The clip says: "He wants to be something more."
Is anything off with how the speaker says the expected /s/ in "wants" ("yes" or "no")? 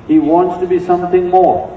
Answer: no